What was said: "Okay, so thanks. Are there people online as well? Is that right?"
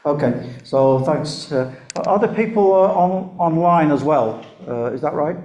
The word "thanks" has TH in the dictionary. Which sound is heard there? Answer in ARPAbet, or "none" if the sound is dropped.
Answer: TH